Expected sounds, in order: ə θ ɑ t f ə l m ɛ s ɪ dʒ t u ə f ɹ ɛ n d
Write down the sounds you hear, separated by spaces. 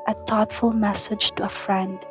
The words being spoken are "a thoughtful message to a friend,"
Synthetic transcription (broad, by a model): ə t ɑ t f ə l m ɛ s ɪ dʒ t u ə f ɹ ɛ n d